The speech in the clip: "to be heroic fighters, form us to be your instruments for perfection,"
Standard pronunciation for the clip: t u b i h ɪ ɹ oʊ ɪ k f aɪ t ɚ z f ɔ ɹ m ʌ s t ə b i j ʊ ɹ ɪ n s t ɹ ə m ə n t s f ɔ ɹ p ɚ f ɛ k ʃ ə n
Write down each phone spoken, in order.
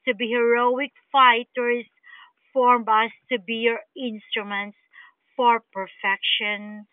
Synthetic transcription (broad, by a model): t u b i h ɪ ɹ oʊ ɪ k f aɪ t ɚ s f ɔ ɹ m ʌ s t ə b i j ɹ ɪ n s t ɹ ə m ə n t s f ɔ ɹ p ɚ f ɛ k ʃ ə n